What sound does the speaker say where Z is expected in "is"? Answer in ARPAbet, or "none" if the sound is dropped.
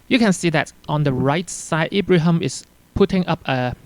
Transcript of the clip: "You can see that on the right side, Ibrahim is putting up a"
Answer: S